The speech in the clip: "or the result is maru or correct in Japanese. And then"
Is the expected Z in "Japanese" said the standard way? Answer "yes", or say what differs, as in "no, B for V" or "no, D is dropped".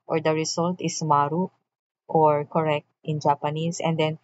no, S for Z